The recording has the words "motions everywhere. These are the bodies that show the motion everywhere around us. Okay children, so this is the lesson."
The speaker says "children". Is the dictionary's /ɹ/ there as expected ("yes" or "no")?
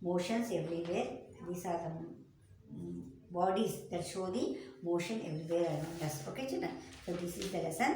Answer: no